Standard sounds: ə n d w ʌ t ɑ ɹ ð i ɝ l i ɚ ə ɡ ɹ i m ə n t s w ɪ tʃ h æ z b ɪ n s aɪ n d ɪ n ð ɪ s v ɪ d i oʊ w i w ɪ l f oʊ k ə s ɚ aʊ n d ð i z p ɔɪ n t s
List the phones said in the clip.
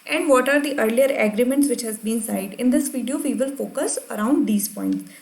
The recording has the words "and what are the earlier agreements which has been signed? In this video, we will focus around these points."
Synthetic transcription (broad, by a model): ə n d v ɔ t ɑ ɹ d i ɝ l i ɚ ə ɡ ɹ i m ə n t s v ɪ tʃ h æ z b ɪ n s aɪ d ɪ n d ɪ s v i d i oʊ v i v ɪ l f oʊ k ə s ɚ aʊ n d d i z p ɔɪ n t s